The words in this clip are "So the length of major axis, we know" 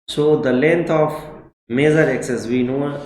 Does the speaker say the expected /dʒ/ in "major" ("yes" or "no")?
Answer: no